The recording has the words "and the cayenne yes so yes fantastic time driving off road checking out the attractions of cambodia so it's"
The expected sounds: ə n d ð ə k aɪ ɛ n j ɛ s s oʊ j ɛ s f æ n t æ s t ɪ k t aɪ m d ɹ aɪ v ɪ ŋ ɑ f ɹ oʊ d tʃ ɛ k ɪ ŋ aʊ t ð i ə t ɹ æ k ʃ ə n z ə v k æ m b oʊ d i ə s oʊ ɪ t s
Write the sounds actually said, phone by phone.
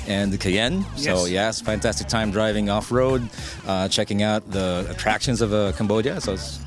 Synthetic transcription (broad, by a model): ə n ð ə k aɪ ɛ n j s s oʊ j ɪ s f æ n t æ s t ɪ k t aɪ m d ɹ aɪ v ɪ ŋ ɑ f ɹ oʊ d tʃ ɛ k ɪ ŋ aʊ t ð i ə t ɹ æ k ʃ ə n z ə v k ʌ m b oʊ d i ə s oʊ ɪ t s